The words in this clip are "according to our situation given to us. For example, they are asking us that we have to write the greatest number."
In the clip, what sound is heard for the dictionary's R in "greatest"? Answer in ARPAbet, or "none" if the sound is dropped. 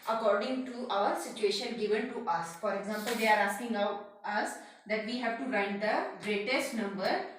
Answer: R